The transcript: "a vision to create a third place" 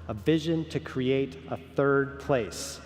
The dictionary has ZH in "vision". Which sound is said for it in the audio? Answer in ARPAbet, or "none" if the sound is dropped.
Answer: ZH